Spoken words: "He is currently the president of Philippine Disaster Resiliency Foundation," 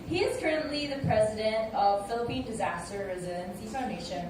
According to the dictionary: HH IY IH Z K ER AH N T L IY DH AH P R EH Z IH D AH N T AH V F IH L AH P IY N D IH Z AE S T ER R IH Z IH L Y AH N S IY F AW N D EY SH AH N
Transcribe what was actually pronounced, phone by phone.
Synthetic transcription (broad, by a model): HH IY IH Z K ER AH N T L IY DH AH P R EH Z IH D AH N T AH V F IH L AH P IY N D IH Z AE S T ER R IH Z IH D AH N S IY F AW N D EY SH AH N